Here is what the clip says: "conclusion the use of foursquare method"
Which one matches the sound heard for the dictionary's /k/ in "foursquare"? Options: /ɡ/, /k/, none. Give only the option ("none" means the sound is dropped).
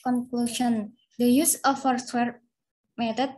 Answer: none